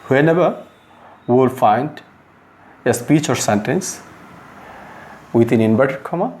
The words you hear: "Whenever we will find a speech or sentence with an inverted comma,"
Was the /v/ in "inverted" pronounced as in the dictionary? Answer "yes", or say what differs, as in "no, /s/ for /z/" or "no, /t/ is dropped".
no, /b/ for /v/